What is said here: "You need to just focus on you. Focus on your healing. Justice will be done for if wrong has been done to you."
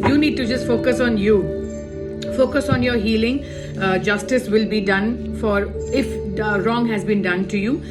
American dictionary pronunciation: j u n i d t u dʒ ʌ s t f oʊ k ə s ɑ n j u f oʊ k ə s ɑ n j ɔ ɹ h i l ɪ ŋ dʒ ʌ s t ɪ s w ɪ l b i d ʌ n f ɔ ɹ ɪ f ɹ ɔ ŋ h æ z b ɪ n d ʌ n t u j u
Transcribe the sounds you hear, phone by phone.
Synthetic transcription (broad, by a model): j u n i d t u dʒ ʌ s t f oʊ k ə s ɑ n j u f oʊ k ə s ɑ n j ɔ ɹ h i l ɪ ŋ dʒ ʌ s t ɪ s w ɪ l b i d ʌ n f ɔ ɹ ɪ f ɹ ɔ ŋ h æ z b ɪ n d ʌ n t u j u